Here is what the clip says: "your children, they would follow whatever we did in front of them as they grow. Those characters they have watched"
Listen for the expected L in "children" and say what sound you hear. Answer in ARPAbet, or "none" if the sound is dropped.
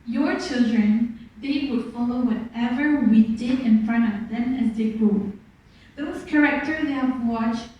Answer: L